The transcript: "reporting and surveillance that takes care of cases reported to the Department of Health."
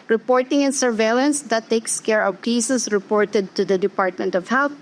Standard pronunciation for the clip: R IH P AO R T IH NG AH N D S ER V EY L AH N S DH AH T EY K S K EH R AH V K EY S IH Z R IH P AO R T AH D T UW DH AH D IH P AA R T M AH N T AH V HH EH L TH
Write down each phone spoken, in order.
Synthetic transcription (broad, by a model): R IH P AO R T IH NG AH N S ER V EY L AH N S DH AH T EY K S K EH R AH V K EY S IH S R IH P AO R T AH D T UW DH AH D IH P AA R T M AH N T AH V HH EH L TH